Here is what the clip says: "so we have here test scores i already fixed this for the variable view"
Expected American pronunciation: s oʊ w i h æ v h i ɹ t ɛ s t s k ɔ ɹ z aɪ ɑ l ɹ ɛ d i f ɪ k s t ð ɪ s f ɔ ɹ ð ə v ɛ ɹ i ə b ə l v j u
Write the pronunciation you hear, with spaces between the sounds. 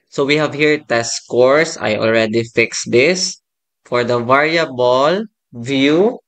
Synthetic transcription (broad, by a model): s oʊ w i h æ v h i ɹ t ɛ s s k ɔ ɹ s aɪ ɑ l ɹ ɛ d i f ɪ k s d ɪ s f ɔ ɹ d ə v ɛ ɹ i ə b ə l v j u